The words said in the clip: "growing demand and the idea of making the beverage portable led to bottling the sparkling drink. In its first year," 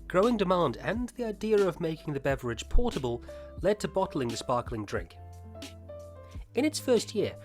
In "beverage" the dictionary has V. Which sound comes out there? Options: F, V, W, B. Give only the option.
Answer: V